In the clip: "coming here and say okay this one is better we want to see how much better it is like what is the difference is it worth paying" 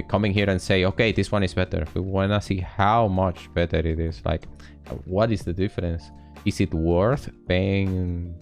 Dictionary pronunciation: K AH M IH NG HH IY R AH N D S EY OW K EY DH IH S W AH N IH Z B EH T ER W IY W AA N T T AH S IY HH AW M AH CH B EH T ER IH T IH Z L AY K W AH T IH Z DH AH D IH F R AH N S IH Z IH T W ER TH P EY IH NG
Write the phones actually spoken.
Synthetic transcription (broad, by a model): K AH M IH NG HH IY R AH N S EY OW K EY DH IH S W AH N IH Z B EH T ER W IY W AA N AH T S IY HH AW M AH CH B EH T ER IH T IH Z L AY K W AH T IH Z DH AH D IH F R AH N S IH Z IH T W ER TH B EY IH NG